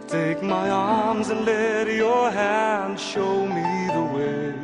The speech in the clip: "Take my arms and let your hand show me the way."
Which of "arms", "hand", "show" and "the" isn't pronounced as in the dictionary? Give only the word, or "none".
none